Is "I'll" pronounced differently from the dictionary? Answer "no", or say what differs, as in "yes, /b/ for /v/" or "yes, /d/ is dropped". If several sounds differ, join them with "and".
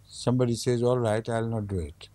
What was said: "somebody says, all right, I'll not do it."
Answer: no